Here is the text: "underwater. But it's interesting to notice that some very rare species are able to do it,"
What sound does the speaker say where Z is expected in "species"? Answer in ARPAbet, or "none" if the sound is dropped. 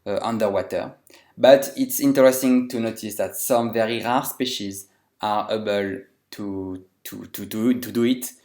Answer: Z